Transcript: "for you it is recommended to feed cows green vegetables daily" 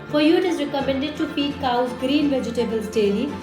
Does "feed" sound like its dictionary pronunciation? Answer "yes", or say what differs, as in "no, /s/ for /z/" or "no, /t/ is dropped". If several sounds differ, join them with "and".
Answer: no, /p/ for /f/